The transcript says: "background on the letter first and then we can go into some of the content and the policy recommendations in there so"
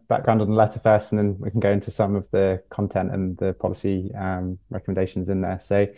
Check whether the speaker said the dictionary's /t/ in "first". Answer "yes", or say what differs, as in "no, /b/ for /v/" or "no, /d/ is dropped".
no, /t/ is dropped